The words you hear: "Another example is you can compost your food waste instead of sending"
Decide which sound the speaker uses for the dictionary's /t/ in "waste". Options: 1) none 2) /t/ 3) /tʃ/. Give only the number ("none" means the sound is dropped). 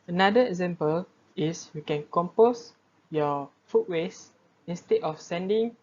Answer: 1